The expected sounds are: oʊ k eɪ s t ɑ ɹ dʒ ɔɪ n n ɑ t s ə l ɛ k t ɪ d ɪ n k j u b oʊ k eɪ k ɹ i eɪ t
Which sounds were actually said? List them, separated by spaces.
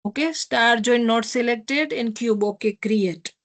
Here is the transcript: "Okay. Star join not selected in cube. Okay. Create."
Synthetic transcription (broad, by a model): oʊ k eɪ s t ɑ ɹ dʒ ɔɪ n n ɑ t s ə l ɛ k t ɪ d ɪ n k j u b oʊ k eɪ k ɹ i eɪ t